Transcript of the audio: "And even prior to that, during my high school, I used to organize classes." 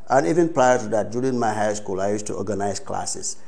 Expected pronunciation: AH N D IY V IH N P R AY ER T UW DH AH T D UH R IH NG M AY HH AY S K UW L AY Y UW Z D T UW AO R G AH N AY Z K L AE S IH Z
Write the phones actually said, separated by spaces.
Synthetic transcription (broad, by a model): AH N IY V IH N P L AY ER T UW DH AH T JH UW L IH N M AY HH AY S K UW L AY Y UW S T UW AO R G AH N AY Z K L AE S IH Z